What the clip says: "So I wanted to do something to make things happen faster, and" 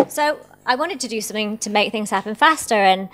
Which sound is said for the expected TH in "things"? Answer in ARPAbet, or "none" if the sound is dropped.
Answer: TH